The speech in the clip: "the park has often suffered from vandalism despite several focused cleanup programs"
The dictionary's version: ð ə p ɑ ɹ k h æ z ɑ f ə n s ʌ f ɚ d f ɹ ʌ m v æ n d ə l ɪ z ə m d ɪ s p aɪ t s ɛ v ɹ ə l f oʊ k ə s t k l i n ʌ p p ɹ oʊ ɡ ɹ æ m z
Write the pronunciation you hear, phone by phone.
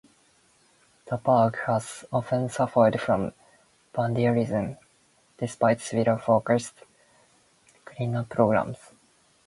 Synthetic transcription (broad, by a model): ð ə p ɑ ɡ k h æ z ɑ f ə n s ʌ f ɚ d f ɹ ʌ m b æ n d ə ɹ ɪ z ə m d ɪ s p aɪ t s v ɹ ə f oʊ k ə s t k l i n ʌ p p ɹ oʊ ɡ ɹ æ m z